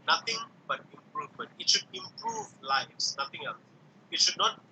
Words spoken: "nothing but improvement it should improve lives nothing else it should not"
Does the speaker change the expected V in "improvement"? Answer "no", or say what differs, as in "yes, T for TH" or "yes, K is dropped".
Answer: no